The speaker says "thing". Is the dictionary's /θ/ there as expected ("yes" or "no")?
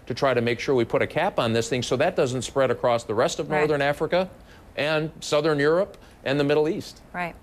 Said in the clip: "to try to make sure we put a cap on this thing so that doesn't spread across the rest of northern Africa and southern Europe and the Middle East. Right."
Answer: yes